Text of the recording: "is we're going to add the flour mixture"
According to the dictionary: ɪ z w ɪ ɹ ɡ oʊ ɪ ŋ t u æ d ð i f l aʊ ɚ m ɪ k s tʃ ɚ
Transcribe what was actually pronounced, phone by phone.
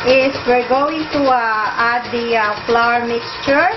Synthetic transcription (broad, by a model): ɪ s w ɪ ɹ ɡ oʊ ɪ ŋ t u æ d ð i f l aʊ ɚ m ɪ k s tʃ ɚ